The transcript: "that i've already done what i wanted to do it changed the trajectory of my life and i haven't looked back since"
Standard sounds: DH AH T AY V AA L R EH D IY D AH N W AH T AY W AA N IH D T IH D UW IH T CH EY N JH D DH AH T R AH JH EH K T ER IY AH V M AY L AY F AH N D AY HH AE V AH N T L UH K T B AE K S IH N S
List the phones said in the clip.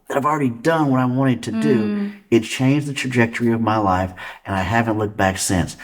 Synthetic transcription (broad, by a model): DH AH T AY V L R EH D IY D AH N W AH T AY W AA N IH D T IH D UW IH T CH EY N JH DH AH T R AH JH EH K T ER IY AH V M AY L AY F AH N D AY HH AE V AH N T L UH K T B AE K S IH N S